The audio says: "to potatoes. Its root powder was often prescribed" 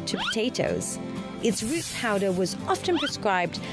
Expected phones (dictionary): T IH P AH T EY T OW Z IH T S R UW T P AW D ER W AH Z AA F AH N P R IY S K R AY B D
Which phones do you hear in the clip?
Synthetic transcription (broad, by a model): T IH P AH T EY T OW Z IH T S R UW T P AW D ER W AH Z AA F AH N P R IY S K R AY B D